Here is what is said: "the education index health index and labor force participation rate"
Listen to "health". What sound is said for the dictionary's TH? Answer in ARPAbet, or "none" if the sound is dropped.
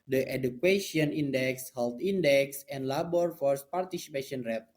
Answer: T